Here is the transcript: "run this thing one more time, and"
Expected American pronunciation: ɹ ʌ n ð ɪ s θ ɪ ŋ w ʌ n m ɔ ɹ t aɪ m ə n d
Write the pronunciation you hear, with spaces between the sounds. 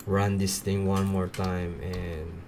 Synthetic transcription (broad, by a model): ɹ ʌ n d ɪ s t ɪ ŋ w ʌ n m ɔ ɹ t aɪ m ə n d